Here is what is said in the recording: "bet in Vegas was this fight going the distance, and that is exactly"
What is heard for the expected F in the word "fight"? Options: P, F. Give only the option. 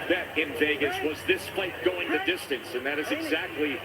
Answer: P